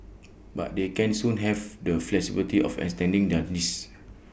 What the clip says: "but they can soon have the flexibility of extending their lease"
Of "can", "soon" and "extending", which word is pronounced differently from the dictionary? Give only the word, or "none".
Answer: extending